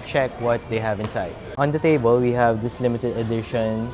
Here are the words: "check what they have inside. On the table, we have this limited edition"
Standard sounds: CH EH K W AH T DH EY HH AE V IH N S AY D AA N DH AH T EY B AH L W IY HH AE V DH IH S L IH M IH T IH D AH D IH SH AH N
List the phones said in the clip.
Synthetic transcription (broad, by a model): CH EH K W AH T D EY HH AE V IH N S AY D AA N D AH T EY B AH L W IY HH AE V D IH S L IH M IH T IH D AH D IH SH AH N